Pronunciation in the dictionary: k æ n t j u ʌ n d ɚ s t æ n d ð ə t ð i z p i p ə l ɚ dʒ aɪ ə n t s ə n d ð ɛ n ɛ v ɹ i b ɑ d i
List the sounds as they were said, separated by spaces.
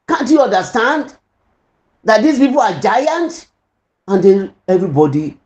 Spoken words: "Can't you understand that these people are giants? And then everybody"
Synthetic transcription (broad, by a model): k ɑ n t j u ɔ n d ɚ s t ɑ n d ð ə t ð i s p i p ə l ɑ dʒ aɪ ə n t ə n d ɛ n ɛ v ɹ i b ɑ d i